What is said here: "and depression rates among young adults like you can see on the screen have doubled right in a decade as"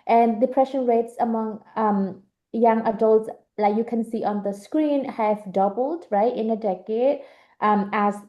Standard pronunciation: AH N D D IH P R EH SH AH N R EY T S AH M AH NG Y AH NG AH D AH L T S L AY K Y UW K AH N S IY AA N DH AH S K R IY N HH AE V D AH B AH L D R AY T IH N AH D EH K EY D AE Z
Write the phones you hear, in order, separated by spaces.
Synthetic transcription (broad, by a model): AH N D D IH P R EH SH AH N R EY T S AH M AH NG Y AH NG AH D AH L T S L AY K Y UW K AH N S IY AA N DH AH S K R IY N HH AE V D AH B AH L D R AY T IH N AH D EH K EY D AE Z